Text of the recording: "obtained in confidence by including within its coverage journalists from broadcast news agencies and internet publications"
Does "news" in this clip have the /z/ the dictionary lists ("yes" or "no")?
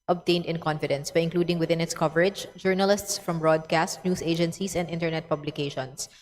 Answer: no